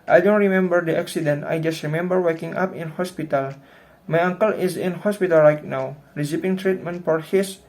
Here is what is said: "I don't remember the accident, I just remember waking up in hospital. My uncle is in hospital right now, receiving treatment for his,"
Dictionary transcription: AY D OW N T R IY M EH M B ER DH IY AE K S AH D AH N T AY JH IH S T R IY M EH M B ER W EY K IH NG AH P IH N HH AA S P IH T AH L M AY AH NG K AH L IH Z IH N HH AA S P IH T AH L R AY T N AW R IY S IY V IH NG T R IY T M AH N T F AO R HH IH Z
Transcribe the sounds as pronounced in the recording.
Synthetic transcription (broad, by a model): AY D OW N T R IY M EH M B ER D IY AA K S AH D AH N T AY JH IH S T R IY M EH M B ER W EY K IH NG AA P IH N HH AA S P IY T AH L M AY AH NG K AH L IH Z IH N HH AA S P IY T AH L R AY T N AW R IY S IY P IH NG T R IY T M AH N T F AO R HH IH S